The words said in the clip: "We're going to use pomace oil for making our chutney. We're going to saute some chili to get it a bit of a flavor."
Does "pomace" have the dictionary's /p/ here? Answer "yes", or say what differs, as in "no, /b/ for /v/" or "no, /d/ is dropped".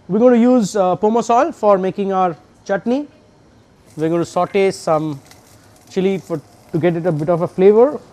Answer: yes